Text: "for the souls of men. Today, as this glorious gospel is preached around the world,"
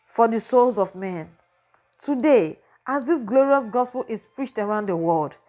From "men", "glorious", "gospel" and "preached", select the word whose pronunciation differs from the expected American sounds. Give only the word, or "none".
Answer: none